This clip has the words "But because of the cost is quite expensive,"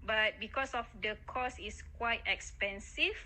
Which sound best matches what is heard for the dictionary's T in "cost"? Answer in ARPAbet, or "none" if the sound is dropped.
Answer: none